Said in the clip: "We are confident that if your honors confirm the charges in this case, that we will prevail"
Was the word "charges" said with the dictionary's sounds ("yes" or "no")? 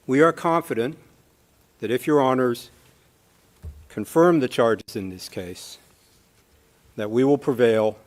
yes